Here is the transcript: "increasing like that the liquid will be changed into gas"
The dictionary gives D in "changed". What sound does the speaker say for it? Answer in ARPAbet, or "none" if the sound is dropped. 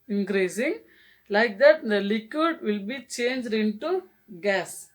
D